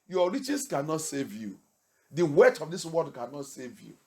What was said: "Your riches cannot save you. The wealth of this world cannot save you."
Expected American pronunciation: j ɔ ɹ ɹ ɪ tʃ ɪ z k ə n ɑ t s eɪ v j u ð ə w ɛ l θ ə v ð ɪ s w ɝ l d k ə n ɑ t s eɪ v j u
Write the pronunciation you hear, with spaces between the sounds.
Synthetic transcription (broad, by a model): j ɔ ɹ ɹ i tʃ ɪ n k ə n ɑ t s eɪ v j u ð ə w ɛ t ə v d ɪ s w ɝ d k ə n ɑ t s eɪ v j u